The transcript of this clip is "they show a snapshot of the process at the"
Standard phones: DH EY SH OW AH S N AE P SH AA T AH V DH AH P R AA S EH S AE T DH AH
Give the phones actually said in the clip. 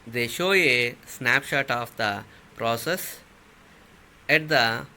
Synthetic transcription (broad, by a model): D EY SH OW AH S N AE P SH AA T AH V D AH P R AA S EH S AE T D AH